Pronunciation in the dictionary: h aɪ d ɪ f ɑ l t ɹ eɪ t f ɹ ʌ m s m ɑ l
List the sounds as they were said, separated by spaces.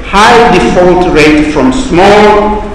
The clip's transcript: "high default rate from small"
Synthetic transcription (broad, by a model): h aɪ d ɪ f ɑ l t ɹ eɪ t f ɹ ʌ m s m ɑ l